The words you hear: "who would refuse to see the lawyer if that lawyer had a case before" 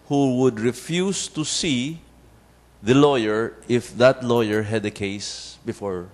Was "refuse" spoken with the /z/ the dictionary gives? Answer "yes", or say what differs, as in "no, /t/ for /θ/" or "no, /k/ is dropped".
no, /s/ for /z/